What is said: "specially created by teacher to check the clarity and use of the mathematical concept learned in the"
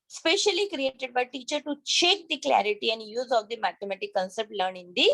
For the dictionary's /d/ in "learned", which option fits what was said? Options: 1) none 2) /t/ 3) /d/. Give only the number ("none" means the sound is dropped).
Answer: 1